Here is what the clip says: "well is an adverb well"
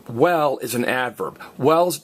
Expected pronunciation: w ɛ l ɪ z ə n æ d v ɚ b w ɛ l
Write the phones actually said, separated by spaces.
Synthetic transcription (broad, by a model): w ɛ l ɪ z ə n æ d v ɚ b w ɛ l